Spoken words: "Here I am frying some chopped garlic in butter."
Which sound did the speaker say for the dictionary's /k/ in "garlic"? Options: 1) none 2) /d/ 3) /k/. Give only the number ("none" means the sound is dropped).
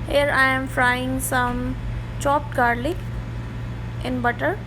1